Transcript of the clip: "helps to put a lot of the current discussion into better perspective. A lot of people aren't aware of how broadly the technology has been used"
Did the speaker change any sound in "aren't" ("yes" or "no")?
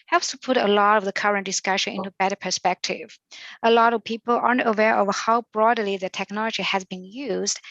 no